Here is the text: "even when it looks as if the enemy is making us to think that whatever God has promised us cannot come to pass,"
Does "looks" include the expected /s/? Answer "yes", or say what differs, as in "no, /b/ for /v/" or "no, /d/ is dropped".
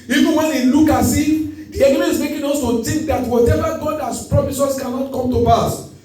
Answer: no, /s/ is dropped